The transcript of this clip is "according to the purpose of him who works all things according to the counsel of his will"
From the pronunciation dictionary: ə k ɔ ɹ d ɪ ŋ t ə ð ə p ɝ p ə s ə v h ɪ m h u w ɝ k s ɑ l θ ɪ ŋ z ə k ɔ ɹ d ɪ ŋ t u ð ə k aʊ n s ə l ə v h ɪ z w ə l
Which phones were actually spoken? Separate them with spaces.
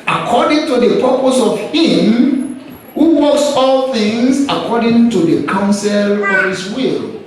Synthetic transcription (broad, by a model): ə k ɔ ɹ d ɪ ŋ t ə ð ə p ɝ p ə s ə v h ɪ m h u w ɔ s ɑ l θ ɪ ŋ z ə k ɔ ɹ d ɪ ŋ t u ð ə k aʊ n s ə l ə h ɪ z w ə l